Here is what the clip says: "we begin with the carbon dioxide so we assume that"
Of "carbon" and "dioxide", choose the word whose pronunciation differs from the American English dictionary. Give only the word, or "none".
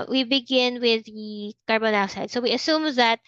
dioxide